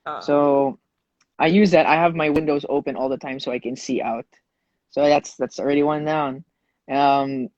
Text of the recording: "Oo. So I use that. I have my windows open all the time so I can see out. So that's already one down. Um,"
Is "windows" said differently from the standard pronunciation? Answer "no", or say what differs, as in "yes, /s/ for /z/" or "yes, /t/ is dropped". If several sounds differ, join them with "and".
no